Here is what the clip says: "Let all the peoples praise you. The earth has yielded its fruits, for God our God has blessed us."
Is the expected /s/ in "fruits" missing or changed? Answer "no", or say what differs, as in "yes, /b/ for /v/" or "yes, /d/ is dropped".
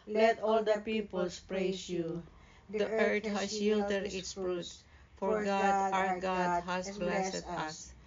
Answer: yes, /s/ is dropped